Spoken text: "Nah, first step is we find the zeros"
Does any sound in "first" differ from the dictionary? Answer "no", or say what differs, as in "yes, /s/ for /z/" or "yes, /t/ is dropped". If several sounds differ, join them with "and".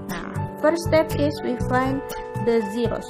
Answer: yes, /s/ is dropped